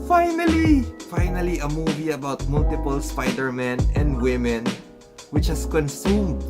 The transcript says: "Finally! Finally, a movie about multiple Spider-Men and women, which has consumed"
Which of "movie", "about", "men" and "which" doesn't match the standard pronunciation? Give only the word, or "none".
none